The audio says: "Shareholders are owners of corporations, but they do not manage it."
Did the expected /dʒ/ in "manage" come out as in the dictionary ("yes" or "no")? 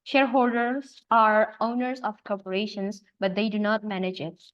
yes